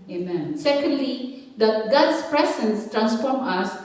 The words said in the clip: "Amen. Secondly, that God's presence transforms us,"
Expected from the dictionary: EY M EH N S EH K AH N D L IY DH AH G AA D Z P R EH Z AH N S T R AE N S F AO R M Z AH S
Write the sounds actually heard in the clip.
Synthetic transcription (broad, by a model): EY M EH N S EH K AH N D L IY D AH G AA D S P R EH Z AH N S T R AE N S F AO R M AH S